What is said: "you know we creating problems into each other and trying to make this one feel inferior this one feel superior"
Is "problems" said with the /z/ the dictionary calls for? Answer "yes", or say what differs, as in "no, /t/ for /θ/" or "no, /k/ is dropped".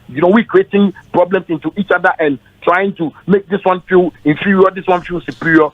no, /s/ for /z/